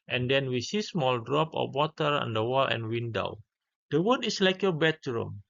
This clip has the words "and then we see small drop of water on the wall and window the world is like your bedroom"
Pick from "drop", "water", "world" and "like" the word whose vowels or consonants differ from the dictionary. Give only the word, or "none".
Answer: world